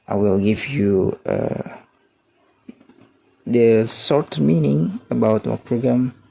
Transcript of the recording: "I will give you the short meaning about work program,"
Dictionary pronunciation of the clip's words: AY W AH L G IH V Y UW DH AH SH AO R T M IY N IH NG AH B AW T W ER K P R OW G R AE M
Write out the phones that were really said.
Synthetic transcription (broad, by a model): AY W AH L G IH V Y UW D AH S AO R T M IY N IH NG AH B AW T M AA P R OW G R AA M